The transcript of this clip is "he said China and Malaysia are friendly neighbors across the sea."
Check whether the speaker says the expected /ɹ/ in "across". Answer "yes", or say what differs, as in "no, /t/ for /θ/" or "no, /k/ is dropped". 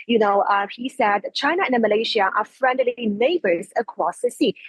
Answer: no, /w/ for /ɹ/